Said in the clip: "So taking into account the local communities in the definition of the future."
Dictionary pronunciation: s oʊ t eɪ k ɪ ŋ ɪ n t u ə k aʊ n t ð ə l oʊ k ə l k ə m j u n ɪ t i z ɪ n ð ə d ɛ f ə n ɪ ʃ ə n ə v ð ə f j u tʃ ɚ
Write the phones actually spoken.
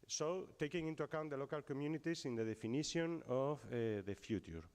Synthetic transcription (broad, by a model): s oʊ t eɪ k ɪ ŋ ɪ n t u ə k aʊ n t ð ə l oʊ k ə l k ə m j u n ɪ t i s ɪ n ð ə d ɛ f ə n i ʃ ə n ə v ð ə f j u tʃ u